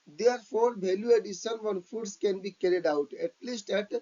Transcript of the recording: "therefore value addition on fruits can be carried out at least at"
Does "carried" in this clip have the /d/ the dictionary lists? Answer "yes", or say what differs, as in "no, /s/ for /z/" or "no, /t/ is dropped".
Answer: yes